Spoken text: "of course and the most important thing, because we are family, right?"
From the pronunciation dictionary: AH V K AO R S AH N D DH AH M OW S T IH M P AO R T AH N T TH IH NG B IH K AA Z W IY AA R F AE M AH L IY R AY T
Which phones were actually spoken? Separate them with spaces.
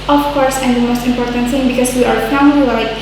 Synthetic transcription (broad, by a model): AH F K AO R S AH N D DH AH M OW S T IH M P AO R T AH N T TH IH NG B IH K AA S W IY AA R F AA AH N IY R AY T